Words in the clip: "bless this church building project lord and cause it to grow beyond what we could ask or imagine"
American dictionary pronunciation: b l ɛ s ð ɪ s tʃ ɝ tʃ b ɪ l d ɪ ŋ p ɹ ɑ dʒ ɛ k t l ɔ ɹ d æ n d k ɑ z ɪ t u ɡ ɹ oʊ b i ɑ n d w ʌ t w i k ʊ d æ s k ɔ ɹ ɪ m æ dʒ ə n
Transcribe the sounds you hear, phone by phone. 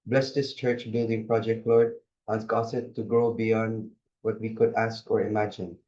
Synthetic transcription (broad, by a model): b l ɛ s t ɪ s tʃ ɝ tʃ b ɪ l d ɪ ŋ p ɹ ɑ dʒ ɛ k t l ɔ ɹ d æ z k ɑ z ɪ t u ɡ ɹ oʊ b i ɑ n d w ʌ t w i k ʊ d æ s k ɔ ɹ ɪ m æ dʒ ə n